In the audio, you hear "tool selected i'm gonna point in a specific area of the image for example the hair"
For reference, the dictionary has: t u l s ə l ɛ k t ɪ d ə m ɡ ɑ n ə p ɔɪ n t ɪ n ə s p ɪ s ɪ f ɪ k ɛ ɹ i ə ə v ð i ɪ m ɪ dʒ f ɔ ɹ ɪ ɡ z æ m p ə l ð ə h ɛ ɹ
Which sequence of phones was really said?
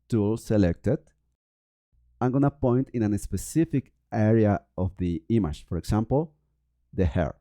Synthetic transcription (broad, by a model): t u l s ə l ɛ k t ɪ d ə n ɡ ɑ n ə p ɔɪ n t ɪ n ə s p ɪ s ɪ f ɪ k ɛ ɹ i ə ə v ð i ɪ m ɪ ʃ f ɔ ɹ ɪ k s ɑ m p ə l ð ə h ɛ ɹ